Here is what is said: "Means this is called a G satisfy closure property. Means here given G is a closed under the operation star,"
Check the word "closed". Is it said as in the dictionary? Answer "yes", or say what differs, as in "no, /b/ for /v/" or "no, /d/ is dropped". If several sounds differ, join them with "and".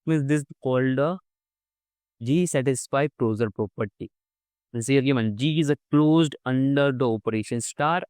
yes